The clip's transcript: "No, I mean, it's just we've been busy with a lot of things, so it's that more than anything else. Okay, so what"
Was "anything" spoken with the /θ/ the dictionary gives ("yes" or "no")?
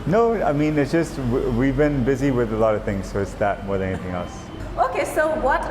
yes